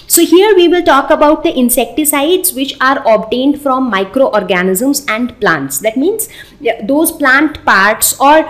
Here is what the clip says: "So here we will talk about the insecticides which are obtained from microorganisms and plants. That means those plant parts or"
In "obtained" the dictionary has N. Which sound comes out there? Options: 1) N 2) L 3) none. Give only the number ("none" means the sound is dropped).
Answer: 1